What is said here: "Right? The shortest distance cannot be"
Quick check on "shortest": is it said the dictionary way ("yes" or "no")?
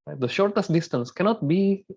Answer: yes